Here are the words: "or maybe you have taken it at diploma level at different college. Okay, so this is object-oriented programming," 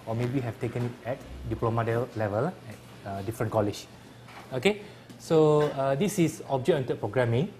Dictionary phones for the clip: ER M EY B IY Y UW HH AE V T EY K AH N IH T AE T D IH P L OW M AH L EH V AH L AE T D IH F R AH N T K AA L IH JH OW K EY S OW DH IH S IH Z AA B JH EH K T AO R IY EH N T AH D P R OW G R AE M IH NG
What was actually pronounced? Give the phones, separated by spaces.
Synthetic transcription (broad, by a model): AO M EY B IY HH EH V T EY K AH N IH T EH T D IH P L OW M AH L EH V AH L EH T D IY F R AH N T K AA L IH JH OW K EY S OW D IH S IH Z AA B JH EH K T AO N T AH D P R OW G R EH M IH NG